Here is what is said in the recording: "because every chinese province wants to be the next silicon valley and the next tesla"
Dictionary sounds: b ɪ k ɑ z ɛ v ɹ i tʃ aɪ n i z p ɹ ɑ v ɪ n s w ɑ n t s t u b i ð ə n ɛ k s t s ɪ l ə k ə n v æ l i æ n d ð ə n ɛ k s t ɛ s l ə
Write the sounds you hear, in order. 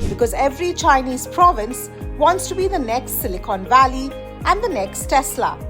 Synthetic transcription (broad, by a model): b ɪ k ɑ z ɛ v ɹ i tʃ aɪ n i z p ɹ ɑ v ɪ n s w ɑ n t s t u b i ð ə n ɛ k s t s ɪ l ə k ə n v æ l i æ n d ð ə n ɛ k s t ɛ s l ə